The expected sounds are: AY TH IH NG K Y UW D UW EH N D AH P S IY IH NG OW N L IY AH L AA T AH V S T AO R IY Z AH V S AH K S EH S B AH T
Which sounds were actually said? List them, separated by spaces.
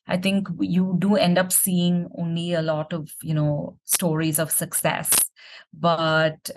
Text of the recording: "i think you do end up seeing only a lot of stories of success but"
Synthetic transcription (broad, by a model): AY T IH NG K Y UW D UW EH N D AH P S IY IH NG OW N L IY AH L AA T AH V S T AO R IY Z AH V S AH K S EH S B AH T